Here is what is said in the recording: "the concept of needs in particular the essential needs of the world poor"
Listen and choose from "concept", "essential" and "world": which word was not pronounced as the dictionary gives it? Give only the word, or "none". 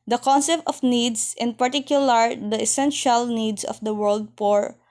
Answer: none